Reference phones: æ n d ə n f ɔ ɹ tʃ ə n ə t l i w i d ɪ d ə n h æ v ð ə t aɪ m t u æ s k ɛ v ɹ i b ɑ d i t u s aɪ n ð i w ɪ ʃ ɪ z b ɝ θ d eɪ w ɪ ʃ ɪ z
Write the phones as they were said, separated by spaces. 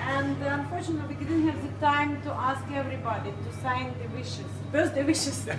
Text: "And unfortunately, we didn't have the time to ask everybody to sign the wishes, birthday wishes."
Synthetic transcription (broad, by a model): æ n d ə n f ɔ ɹ tʃ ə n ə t l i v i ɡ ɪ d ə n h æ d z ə t aɪ m t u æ s k ɛ v ɹ i b ɑ d i t u s aɪ n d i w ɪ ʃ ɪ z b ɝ s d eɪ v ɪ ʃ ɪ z